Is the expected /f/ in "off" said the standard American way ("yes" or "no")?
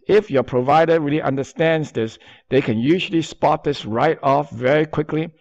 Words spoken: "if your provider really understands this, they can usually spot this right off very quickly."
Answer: yes